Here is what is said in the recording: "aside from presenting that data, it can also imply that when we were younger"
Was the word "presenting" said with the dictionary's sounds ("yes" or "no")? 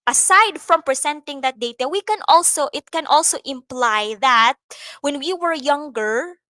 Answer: no